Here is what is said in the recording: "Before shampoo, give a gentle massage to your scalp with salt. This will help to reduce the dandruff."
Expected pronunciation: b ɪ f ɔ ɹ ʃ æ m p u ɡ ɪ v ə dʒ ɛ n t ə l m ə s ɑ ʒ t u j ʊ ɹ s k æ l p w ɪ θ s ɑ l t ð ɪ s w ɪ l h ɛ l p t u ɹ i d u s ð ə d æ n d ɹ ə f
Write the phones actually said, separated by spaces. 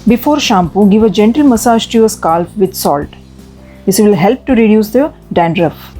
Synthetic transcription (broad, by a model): b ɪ f ɔ ɹ ʃ æ m p u ɡ ɪ v ə dʒ ɛ n t ə l m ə s ɑ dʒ t u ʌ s k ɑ l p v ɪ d s ɑ l t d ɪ s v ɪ l h ɛ l p t u ɹ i d u s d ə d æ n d ɹ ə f